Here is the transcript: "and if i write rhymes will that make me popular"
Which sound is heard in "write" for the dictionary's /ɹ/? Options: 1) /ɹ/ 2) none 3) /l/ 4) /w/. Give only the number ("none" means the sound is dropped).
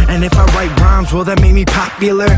4